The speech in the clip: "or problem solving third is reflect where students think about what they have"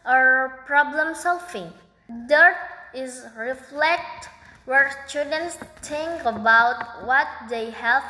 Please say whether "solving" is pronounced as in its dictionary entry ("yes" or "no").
no